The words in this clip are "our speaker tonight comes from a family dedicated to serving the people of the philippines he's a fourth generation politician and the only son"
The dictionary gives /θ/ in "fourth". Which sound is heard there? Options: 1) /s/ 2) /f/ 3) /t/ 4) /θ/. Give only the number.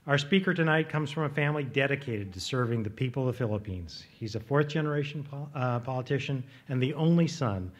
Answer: 4